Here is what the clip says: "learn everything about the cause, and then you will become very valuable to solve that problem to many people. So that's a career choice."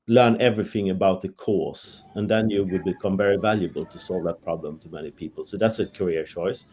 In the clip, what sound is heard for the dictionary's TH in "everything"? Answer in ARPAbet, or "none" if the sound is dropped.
TH